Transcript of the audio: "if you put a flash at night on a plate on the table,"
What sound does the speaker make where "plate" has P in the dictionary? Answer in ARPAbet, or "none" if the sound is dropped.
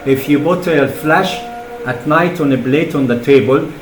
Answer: B